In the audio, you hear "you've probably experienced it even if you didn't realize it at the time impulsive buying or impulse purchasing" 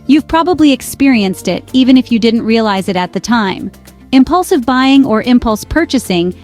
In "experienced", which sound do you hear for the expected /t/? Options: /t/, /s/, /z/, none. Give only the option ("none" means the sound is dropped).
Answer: /t/